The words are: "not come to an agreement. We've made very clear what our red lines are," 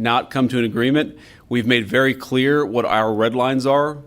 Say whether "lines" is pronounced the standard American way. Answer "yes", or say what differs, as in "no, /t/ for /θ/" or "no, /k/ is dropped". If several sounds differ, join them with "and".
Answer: yes